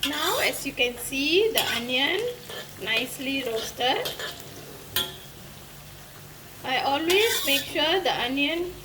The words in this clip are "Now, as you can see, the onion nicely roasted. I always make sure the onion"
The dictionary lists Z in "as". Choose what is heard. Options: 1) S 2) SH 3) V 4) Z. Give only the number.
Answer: 1